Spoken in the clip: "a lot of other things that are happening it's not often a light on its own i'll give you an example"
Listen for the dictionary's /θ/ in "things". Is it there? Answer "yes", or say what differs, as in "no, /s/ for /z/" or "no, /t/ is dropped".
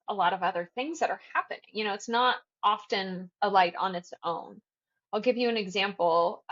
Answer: yes